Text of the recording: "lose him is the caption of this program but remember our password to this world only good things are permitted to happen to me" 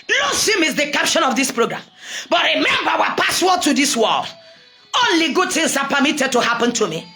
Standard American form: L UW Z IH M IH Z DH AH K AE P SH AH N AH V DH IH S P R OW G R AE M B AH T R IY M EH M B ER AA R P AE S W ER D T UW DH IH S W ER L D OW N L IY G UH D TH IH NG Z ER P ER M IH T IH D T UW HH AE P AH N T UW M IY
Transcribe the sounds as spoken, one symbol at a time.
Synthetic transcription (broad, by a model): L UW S IH M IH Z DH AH K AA P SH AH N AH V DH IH S P R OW G R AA M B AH T R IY M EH M B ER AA P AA S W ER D T UW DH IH S W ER L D OW N L IY G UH D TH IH NG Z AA P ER M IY T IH D T UW HH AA P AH N T UW M IY